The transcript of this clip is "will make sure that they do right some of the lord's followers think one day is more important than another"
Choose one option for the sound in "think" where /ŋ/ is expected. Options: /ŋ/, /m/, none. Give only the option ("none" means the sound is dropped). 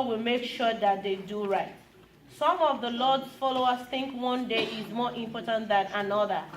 /ŋ/